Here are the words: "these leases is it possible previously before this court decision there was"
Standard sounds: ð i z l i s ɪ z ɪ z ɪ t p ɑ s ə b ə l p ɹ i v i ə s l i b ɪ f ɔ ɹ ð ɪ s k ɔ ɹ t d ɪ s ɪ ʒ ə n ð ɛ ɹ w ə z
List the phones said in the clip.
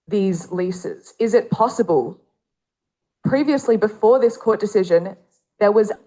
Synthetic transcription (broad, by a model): ð i z l i s ɪ z ɪ z ɪ t p ɑ s ə b ə l p ɹ i v i ə s l i b ɪ f ɔ ɹ ð ɪ s k ɔ ɹ t d ɪ s ɪ ʒ ə n ð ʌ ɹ w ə z